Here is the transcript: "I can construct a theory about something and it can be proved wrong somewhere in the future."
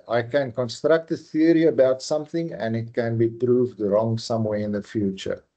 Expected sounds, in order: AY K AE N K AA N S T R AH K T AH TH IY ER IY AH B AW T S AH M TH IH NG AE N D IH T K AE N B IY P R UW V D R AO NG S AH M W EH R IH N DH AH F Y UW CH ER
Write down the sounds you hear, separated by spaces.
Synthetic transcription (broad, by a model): AY K AE N K AA N S T R AH K T AH TH IY ER IY AH B AW T S AH M TH IH NG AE N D IH T K AE N B IY P R UW V D R AO NG S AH M W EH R IH N DH AH F Y UW CH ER